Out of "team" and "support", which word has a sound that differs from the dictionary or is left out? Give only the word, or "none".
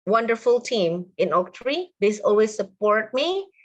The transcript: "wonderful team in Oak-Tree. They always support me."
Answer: none